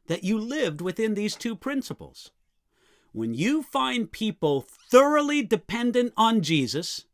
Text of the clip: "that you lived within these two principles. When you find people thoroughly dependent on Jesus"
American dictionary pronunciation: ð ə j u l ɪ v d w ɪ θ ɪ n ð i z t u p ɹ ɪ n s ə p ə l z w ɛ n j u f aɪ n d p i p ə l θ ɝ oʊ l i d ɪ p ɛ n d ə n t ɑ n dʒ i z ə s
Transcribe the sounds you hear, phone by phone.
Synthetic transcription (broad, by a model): ð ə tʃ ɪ l ɪ v d w ɪ θ ɪ n ð i z t u p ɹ ɪ n s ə p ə l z w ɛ n j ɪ f aɪ n p i p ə l θ ɝ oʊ l i d ɪ p ɛ n d ə n t n dʒ i z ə s